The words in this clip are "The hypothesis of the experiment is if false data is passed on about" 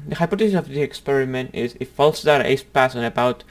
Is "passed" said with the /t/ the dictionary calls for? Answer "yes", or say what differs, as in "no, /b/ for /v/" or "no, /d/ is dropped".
no, /t/ is dropped